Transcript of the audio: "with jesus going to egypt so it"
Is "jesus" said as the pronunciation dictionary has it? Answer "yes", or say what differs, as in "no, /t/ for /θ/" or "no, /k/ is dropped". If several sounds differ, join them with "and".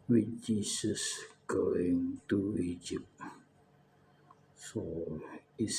no, /s/ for /z/